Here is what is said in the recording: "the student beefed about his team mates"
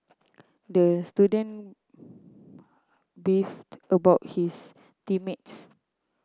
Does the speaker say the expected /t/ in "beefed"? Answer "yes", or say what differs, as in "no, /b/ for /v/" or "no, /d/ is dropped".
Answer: yes